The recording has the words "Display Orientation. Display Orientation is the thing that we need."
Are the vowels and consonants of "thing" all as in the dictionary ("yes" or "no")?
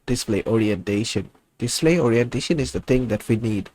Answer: no